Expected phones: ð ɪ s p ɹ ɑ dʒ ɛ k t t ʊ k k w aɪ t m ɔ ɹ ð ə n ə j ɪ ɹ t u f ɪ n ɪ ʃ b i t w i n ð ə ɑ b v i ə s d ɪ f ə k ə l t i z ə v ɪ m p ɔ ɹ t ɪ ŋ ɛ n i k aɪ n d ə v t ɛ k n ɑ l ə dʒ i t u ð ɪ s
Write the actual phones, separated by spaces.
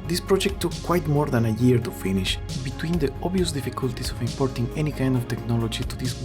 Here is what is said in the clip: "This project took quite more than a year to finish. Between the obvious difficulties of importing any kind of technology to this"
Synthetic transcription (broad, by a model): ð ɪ s p ɹ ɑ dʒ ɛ k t t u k k w aɪ t m ɔ ɹ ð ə n ə j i ɹ t u f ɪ n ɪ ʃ b i t w i n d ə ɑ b i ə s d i f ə k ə l t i s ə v ɪ m p ɔ ɹ t ɪ ŋ ɛ n i k aɪ n d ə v t ɛ k n ɑ l ə dʒ i t u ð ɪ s